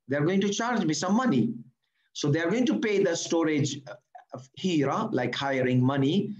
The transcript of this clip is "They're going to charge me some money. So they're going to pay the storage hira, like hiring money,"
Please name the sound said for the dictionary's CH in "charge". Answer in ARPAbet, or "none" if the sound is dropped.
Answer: CH